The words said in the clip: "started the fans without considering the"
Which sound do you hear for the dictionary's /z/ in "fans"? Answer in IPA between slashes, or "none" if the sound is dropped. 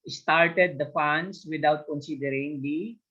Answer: /s/